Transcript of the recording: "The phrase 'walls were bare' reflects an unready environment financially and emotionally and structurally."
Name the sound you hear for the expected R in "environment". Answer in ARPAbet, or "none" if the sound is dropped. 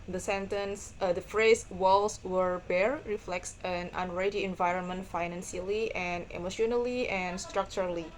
R